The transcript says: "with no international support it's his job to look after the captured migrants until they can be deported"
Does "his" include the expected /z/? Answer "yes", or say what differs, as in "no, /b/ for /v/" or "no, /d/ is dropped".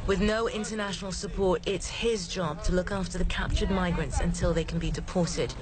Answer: yes